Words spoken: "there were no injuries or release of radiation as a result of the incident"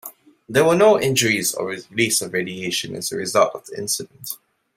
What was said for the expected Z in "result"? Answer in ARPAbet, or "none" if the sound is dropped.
Z